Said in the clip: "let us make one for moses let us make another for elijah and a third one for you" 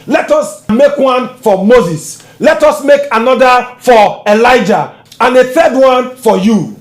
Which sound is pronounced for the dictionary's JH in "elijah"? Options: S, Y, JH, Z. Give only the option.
JH